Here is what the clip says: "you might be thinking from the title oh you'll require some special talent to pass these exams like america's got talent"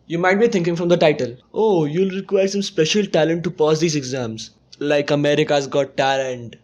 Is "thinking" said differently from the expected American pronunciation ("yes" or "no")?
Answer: yes